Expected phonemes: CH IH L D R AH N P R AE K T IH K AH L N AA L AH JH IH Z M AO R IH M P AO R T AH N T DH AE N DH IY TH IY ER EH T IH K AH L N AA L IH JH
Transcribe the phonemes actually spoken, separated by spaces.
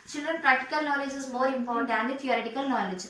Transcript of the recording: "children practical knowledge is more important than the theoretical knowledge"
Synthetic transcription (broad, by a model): CH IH L D R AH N P R AE K T IH K AH L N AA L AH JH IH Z M AO R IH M F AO R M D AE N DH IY T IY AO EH T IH K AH L N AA L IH JH